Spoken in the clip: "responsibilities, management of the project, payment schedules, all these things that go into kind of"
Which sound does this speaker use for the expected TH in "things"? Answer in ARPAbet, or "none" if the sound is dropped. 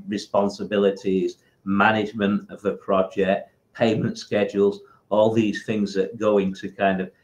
TH